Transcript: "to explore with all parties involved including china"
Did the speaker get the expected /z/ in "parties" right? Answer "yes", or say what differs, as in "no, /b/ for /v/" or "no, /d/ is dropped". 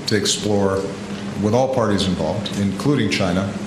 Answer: yes